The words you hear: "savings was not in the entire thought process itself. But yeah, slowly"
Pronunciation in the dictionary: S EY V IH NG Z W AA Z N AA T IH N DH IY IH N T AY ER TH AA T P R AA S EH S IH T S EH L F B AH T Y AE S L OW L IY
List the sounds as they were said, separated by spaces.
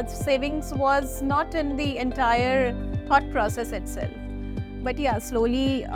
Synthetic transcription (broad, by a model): S EY V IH NG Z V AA Z N AA T IH N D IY IH N T AY ER T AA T P R AA S EH S IH T S EH L F B AH T Y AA S L OW L IY